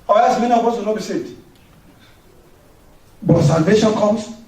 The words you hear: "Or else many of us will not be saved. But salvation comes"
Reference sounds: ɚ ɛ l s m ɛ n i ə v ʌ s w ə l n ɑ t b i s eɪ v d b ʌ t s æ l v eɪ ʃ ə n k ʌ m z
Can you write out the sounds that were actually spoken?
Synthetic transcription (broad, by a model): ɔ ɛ s m ɛ n i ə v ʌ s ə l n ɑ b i s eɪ d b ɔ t s æ l v eɪ ʃ ə n k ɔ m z